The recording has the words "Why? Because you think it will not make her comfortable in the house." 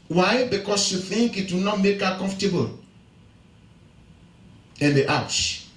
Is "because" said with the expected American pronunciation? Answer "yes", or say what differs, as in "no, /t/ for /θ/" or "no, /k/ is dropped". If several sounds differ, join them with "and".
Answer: no, /s/ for /z/